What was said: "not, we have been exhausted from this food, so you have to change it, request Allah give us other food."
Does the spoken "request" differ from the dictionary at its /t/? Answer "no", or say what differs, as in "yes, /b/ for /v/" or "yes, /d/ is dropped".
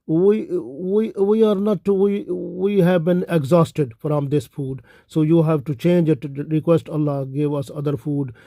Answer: no